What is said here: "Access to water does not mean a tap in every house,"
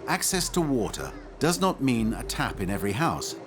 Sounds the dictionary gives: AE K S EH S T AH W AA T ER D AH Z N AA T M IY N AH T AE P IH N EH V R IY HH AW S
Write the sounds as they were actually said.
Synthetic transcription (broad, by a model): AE K S EH S T AH W AA T ER D AH Z N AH T M IY N AH T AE P IH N EH V R IY HH AW S